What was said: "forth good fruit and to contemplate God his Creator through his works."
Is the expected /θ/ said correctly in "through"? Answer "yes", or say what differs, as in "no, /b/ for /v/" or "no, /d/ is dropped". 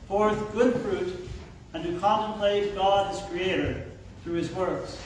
yes